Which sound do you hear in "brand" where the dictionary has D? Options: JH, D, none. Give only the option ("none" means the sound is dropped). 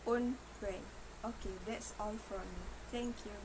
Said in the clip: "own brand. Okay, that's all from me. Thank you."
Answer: none